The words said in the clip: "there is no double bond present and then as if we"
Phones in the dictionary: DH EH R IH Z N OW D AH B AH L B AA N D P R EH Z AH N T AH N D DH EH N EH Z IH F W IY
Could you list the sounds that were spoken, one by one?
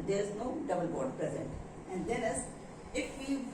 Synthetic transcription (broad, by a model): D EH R IH Z N OW D AH B AH L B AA D P R EH Z AH N T AH N D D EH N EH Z IH F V IY